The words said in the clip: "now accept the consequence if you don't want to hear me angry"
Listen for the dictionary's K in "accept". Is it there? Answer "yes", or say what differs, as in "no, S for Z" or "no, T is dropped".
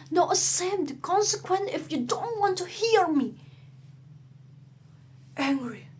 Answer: no, K is dropped